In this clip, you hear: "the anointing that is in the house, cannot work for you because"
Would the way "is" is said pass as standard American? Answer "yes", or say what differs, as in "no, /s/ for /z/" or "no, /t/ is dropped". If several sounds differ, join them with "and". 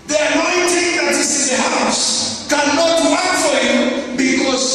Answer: no, /s/ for /z/